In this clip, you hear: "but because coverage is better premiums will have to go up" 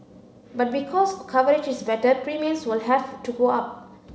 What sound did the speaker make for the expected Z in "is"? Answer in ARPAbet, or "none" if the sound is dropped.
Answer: S